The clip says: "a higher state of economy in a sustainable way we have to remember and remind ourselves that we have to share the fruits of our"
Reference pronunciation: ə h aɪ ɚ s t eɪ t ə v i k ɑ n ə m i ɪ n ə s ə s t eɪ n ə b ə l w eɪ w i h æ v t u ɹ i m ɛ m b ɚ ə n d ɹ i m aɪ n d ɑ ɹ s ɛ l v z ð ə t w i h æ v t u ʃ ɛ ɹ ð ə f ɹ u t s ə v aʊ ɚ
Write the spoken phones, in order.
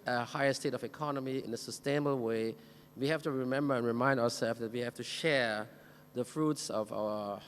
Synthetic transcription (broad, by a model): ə h aɪ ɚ s t eɪ t ə v i k ɑ n ə m i ɪ n ə s ə s t eɪ n ə b ə l w eɪ w i h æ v t u ɹ i m ɛ m b ɚ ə n ɹ i m aɪ n d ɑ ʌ s ɛ l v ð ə t w i h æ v t u ʃ ɛ ɹ ð ə f ɹ u t s ə v aʊ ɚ